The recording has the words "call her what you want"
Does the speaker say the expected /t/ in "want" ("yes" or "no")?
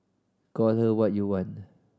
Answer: no